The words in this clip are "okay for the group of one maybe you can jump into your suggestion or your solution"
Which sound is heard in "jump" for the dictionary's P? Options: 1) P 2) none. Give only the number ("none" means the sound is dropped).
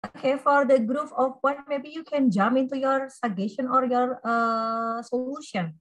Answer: 2